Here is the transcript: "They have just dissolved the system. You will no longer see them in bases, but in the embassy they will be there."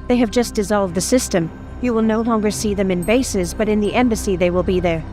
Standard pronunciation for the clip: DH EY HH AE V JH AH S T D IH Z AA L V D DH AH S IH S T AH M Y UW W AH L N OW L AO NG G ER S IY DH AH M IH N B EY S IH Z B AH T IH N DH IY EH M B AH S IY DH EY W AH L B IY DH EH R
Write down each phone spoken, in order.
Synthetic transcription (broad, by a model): DH EY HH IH V JH AH S D IH Z AA L V D DH AH S IH S T AH M Y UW W AH L N OW L AO NG G ER S IY DH AH M IH N B EY S IH Z B AH T IH N DH IY EH M B AH S IY DH EY W AH L B IY DH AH R